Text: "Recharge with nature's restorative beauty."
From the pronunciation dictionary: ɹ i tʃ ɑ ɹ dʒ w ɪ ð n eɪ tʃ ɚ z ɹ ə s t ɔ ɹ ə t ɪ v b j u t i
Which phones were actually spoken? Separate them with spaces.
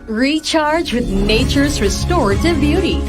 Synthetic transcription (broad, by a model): ɹ i tʃ ɑ ɹ dʒ w ɪ ð n eɪ tʃ ɚ z ɹ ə s t ɔ ɹ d t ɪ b j u t i